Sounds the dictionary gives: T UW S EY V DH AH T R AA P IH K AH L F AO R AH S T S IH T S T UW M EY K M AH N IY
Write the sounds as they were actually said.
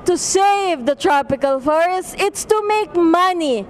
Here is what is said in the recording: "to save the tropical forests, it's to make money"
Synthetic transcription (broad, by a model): T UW S EY V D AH T R AA P IH K AH L F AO R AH S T IH T S T UW M EY K M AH N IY